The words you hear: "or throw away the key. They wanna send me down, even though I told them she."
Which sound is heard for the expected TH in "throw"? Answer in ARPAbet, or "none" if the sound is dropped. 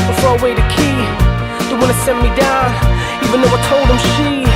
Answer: F